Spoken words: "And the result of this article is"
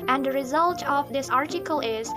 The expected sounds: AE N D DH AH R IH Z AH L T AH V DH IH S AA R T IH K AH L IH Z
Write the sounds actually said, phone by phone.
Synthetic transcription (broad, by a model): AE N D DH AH R IH Z AH L T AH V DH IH S AA R T IH K AH L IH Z